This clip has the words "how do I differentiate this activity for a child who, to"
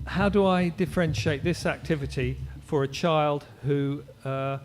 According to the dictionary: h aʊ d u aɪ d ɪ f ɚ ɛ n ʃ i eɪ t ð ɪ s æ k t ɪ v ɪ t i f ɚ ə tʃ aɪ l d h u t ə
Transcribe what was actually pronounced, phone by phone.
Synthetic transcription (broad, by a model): h aʊ d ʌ aɪ d ɪ f ɚ ɛ n ʃ i eɪ t ð ɪ s æ k t ɪ v ɪ t i f ɚ ə tʃ aɪ l d h u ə